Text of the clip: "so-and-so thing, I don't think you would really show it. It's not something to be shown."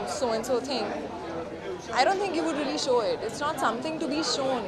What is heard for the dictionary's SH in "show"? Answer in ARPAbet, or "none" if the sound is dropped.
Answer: SH